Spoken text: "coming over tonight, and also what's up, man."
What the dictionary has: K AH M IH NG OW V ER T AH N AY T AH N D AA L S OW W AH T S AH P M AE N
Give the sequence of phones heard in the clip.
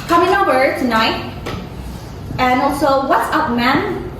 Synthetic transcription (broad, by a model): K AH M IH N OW B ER T AH N AY T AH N AA L S OW W AH T S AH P M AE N